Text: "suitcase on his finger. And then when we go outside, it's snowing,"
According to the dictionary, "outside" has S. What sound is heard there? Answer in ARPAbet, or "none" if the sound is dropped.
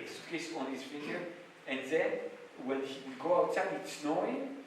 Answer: none